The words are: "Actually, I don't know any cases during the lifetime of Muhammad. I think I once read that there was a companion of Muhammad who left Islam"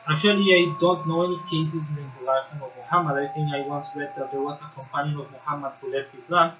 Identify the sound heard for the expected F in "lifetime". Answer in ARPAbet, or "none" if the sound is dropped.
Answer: none